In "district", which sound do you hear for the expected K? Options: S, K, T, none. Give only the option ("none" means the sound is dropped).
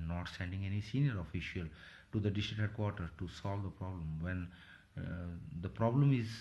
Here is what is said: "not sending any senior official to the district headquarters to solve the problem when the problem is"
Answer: none